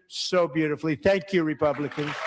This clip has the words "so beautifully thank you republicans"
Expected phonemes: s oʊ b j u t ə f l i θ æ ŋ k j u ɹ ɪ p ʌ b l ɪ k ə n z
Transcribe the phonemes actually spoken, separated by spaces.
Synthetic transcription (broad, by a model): s oʊ b j u t ə f l i θ æ ŋ k j u ɹ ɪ p ʌ b l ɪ k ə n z